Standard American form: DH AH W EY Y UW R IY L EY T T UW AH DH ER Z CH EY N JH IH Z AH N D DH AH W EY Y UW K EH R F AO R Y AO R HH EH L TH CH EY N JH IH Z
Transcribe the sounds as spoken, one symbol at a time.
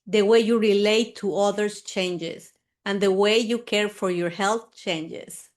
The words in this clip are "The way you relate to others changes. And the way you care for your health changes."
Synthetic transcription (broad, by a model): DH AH W EY Y UW R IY L EY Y T UW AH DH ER S CH EY N JH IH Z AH N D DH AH W EY Y UW K EH R F AO R Y AO R HH EH L TH CH EY N JH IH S